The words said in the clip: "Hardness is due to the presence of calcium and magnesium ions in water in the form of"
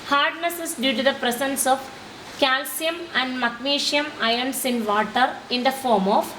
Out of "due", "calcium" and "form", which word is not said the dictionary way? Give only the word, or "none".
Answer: none